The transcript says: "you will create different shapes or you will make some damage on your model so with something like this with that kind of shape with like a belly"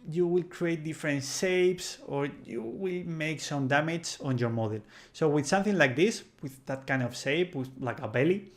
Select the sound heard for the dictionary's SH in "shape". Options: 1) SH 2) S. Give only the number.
2